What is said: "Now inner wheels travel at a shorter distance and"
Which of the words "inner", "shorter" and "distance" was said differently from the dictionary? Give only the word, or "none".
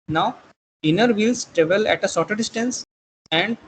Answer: shorter